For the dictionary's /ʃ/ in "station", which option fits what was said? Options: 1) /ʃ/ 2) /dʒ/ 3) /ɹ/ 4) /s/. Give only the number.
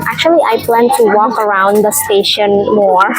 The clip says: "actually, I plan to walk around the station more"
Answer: 1